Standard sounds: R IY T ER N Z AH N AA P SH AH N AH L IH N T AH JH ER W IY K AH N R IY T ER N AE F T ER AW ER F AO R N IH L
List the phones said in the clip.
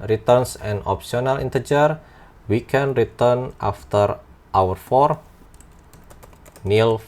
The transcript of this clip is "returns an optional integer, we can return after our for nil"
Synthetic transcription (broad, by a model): R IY T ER N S AH N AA P S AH N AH L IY N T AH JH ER W IY K AH N R IY T ER N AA F T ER AW ER F AO R N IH L